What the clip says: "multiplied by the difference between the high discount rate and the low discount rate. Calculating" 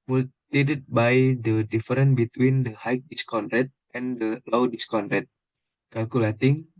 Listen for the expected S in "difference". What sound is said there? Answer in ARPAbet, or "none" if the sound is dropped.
none